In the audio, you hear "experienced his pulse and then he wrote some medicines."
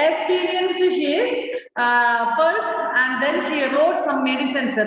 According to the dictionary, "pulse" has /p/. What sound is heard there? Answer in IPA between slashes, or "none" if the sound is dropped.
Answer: /f/